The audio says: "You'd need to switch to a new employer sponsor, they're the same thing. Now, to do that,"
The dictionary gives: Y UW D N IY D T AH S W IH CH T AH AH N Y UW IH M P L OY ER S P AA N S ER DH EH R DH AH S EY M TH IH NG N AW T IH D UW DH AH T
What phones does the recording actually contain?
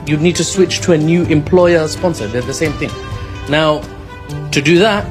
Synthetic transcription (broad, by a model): Y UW D N IY D T AH S W IH CH T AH AH N Y UW IH M P L OY ER S P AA N S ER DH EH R DH AH S EY M TH IH NG N AW T IH D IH DH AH T